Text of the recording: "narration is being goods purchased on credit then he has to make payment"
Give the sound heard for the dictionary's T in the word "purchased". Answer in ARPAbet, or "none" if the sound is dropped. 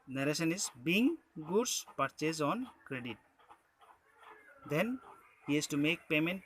none